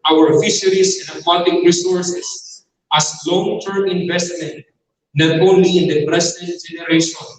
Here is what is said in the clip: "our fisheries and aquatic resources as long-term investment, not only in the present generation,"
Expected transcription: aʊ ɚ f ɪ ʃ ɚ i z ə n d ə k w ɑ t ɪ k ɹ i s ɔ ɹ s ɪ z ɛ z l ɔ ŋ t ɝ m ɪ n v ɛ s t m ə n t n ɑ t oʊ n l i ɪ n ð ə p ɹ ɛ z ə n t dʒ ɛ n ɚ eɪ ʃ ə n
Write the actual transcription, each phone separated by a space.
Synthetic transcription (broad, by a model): aʊ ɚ f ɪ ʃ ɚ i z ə n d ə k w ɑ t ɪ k ɹ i s ɔ ɹ s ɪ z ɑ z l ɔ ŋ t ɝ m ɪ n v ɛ s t m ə n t n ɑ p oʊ l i ɪ n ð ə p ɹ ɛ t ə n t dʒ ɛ n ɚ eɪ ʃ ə n